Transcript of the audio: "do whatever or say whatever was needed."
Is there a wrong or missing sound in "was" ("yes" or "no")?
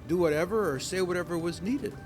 no